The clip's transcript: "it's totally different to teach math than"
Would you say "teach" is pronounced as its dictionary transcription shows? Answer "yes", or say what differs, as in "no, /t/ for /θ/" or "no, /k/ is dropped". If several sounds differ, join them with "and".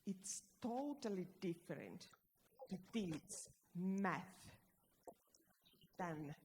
no, /s/ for /tʃ/